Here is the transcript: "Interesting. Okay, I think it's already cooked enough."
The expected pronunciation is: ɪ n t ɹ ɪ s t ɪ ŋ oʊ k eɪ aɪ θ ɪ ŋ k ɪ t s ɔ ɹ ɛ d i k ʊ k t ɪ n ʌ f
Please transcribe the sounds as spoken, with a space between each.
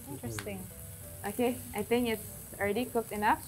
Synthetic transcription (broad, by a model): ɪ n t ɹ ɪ s t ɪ ŋ oʊ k eɪ aɪ θ ɪ ŋ k ɪ t s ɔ l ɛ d i k ʊ k t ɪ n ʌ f